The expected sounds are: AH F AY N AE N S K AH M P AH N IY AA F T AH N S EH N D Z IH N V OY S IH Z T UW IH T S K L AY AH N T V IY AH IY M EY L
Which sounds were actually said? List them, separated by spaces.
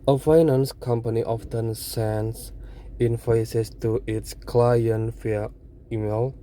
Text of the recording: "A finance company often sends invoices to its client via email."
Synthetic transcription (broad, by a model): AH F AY N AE N S K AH M P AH N IY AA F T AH N S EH N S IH N F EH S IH S T UW IH T S K L AY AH N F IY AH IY M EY L